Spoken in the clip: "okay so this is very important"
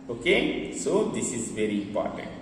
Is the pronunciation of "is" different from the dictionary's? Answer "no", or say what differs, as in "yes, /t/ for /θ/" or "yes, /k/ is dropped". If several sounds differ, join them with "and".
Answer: no